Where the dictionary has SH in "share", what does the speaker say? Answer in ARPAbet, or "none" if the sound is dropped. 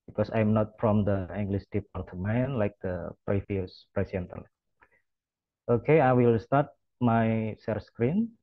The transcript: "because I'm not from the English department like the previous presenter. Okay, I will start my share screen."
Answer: S